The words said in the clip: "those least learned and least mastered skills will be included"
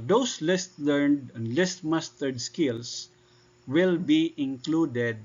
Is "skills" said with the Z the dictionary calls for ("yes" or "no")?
no